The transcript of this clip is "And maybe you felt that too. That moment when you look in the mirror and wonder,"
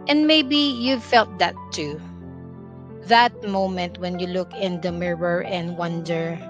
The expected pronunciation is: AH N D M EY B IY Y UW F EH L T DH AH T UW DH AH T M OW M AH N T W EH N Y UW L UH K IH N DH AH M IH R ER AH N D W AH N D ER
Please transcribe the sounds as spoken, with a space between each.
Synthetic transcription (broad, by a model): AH N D M EY B IY Y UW F EH L T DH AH T UW DH AH T M OW M AH N T W EH N Y UW L UH K IH N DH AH M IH R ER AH N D W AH N D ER